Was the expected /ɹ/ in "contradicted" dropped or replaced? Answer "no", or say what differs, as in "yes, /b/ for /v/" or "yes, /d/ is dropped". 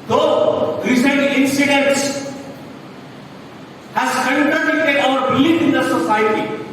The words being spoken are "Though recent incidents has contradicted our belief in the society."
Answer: yes, /ɹ/ is dropped